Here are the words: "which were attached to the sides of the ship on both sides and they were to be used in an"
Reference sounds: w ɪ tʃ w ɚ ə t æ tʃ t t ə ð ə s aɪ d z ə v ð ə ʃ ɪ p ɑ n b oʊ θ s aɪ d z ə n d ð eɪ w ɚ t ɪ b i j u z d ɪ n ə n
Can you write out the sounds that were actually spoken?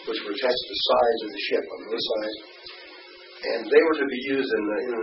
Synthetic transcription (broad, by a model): w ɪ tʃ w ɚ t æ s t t ð ə s aɪ z ə v ð ə ʃ ɪ p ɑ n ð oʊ s aɪ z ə n ð eɪ w ɚ t ɪ b i j u z d ɪ n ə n